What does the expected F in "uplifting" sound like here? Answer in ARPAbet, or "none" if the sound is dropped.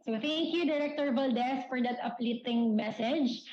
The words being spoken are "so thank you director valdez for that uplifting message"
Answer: none